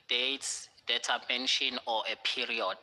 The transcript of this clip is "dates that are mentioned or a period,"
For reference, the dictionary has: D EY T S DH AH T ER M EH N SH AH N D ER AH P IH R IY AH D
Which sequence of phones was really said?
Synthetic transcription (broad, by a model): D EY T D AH T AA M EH N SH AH N AO AH P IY R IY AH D